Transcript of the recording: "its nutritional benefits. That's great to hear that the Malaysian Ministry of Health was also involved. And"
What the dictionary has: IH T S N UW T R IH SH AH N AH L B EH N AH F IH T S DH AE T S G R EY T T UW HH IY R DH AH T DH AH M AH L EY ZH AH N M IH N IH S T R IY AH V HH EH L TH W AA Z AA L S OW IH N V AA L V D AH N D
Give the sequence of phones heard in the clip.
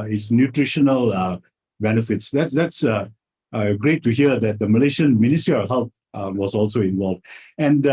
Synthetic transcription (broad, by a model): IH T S N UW T R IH SH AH N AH L B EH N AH F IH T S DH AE T S G R EY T T UW HH IY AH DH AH T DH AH M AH L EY SH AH N M IH N IH S T R IY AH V HH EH L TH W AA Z AA L S OW IH N V AA L V D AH N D